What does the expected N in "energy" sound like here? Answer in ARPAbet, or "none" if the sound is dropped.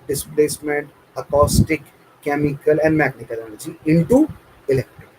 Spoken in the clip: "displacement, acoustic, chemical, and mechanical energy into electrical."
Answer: L